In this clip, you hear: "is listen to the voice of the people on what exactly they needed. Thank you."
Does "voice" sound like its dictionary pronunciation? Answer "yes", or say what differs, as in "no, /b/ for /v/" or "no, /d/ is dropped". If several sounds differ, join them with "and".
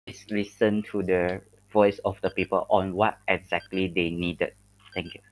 yes